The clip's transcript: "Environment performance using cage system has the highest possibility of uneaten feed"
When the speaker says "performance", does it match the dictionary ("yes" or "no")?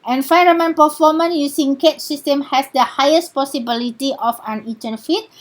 no